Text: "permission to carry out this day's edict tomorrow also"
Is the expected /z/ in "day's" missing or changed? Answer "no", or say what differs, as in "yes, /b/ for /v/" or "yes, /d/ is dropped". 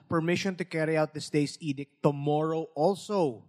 yes, /s/ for /z/